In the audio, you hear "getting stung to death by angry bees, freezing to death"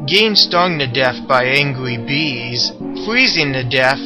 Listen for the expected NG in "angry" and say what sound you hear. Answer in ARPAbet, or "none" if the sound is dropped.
NG